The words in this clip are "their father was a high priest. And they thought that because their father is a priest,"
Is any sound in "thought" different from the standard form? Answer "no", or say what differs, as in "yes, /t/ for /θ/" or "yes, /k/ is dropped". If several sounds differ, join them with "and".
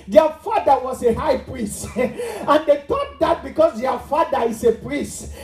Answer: yes, /t/ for /θ/